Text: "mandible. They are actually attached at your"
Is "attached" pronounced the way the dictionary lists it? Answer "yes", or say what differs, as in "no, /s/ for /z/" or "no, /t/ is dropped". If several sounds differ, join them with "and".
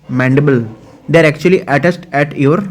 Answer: no, /s/ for /tʃ/